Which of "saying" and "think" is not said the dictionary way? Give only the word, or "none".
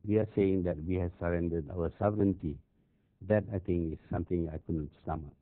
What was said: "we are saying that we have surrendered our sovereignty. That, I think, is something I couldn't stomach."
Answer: think